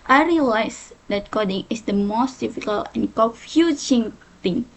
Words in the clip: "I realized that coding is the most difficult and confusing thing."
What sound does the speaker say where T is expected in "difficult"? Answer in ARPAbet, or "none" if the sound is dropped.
none